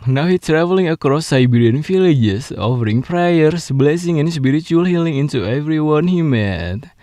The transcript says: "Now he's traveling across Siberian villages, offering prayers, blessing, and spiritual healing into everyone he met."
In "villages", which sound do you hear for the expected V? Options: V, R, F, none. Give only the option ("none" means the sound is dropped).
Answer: F